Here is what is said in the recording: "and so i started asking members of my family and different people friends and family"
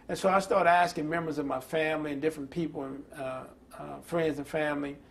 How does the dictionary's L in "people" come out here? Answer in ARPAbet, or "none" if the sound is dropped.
N